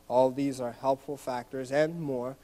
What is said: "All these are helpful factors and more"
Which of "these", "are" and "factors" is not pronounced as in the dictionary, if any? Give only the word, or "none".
none